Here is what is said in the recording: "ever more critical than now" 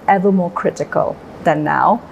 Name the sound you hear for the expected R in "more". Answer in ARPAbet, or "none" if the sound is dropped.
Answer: R